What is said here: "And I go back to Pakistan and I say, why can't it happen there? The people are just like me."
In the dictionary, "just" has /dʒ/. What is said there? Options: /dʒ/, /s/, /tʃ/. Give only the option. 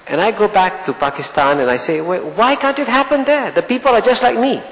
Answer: /dʒ/